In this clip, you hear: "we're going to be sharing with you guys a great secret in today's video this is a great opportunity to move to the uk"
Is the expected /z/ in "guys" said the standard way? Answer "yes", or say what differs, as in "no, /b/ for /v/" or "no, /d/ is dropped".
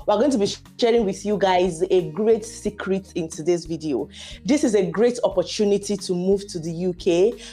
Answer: yes